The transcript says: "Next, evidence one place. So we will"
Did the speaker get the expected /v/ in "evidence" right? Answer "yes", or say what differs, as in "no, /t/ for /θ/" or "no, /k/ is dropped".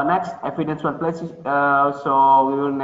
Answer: no, /f/ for /v/